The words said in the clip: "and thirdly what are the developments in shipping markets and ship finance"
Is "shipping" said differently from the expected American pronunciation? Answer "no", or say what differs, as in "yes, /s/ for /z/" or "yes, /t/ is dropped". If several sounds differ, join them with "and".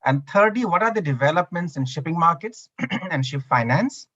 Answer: no